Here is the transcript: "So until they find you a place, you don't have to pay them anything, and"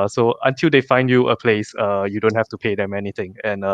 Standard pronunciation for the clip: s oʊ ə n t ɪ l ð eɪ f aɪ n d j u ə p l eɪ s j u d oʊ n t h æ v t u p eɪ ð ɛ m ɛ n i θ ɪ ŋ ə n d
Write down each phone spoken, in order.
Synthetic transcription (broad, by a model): s oʊ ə n t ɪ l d eɪ f aɪ n d j u ə p l eɪ s j u d oʊ n t h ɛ f t u p eɪ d ɛ m ɛ n i t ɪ ŋ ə n